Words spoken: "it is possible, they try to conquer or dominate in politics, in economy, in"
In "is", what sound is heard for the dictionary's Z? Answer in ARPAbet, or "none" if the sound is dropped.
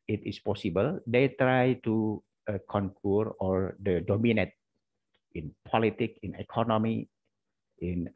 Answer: S